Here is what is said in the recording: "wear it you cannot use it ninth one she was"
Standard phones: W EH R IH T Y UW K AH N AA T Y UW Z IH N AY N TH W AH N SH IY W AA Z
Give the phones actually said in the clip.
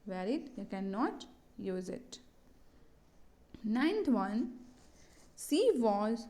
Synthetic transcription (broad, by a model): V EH R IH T Y UW K AH N AA T Y UW Z IH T AY N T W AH N S IY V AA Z